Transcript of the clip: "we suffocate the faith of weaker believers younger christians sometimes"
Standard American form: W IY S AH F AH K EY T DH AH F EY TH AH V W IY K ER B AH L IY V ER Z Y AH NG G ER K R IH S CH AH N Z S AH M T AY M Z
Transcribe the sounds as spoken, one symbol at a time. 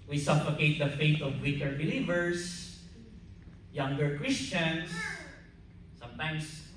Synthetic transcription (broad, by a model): W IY S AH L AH K EY T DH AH F EY T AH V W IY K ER B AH L IY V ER S Y AH NG G ER K R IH S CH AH N S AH M T AY M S